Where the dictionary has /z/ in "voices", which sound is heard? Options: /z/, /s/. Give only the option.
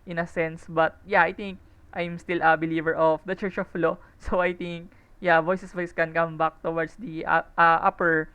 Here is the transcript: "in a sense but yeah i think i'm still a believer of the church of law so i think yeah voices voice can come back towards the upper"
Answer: /s/